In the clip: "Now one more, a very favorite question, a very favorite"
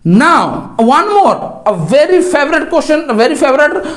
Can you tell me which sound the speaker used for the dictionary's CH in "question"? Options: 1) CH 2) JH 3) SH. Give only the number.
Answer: 3